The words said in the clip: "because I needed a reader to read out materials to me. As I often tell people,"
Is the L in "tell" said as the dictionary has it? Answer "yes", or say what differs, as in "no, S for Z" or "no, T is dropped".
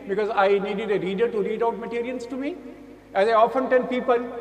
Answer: no, N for L